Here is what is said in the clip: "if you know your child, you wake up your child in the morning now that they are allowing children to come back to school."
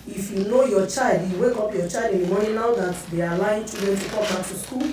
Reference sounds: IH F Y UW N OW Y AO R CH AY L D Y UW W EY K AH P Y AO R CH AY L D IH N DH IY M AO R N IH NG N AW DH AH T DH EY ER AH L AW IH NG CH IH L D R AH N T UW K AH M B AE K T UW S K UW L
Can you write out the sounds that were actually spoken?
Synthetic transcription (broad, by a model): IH F Y UW N OW Y AO CH AY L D Y UW W EY K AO P Y AO CH AY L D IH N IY M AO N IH N AW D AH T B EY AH L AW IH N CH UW D AH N T UW K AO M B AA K T UW S K UW L